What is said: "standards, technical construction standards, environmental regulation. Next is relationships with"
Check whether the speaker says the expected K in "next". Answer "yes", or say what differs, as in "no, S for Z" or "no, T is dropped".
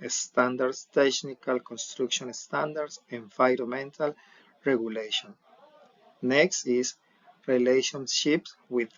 yes